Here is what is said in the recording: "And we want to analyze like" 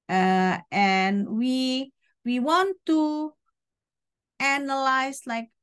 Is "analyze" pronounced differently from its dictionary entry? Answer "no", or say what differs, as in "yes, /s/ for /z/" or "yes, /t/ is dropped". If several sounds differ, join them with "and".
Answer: yes, /s/ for /z/